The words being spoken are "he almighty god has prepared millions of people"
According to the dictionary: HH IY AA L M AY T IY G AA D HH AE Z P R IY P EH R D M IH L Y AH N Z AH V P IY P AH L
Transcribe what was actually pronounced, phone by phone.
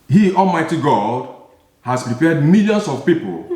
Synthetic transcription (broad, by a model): HH IY AA L M AY T IY G AA D HH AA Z P R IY P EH D M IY L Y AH N S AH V P IY P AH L